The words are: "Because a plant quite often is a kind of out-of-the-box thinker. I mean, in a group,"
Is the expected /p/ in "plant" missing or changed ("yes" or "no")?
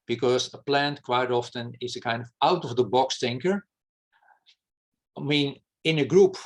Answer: no